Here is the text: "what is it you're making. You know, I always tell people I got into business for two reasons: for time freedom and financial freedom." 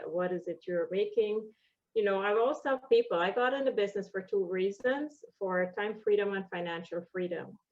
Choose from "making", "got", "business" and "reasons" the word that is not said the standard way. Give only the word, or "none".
none